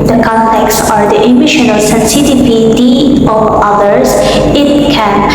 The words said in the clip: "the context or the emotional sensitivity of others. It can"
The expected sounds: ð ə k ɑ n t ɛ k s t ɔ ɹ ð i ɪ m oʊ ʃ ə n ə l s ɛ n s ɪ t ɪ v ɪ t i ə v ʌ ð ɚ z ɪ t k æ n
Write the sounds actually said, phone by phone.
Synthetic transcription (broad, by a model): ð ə k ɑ n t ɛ k s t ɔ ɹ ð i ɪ m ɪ ʃ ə n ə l s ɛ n s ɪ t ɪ p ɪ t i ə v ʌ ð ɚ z ɪ t k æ n